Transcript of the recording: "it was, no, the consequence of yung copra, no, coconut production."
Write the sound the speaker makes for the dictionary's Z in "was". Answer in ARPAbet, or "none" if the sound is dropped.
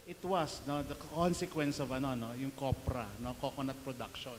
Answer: S